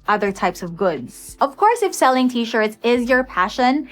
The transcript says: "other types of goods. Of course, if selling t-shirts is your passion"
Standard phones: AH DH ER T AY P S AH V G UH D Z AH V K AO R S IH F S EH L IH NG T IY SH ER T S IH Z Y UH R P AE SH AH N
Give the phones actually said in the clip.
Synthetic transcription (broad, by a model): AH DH ER T AY P S AH V G UH D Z AH V K AO R S IH F S EH L IH NG T IY SH ER T S IH Z Y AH R P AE SH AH N